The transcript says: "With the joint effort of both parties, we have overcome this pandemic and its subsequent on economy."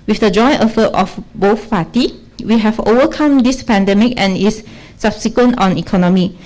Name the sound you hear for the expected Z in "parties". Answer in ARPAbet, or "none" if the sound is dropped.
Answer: none